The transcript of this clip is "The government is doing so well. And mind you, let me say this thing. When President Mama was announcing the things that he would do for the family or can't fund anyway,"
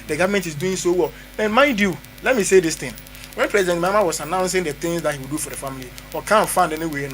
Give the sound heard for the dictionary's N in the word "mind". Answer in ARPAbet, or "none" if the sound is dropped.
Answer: N